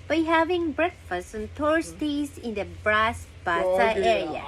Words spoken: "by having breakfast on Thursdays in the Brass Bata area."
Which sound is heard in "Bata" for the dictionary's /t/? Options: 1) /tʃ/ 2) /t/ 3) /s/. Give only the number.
3